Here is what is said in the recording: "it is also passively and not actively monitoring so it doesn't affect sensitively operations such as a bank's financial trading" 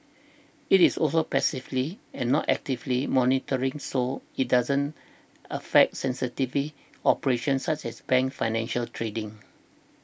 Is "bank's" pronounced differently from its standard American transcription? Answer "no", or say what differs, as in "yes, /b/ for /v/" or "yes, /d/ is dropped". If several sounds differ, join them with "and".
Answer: yes, /s/ is dropped